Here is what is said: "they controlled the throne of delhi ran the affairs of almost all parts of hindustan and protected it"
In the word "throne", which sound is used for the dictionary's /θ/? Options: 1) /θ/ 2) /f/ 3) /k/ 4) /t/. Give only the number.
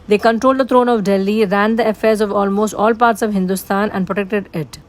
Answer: 4